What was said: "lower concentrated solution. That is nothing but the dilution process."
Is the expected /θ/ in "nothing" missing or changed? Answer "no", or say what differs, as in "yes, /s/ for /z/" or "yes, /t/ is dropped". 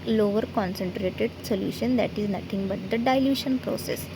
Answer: yes, /t/ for /θ/